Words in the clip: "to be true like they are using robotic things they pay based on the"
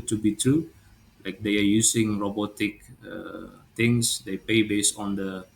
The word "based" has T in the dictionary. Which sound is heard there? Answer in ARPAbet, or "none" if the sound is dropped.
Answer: none